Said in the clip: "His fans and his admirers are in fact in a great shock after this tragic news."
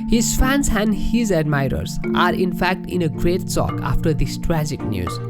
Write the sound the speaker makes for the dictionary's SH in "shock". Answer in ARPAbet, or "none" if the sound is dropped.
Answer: S